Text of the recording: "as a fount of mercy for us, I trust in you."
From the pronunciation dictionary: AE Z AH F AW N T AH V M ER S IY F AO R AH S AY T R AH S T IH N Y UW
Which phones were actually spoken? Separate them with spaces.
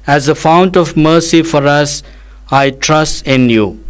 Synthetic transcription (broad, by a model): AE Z AH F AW N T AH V M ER S IY F AO R AH S AY T R AH S T IH N Y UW